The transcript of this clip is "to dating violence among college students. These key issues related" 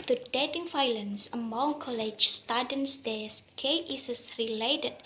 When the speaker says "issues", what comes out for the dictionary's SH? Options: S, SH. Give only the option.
S